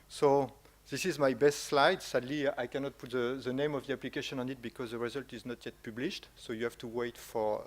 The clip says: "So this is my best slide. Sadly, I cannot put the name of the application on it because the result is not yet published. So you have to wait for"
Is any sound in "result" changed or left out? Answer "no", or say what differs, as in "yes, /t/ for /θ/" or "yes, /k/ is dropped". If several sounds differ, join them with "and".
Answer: no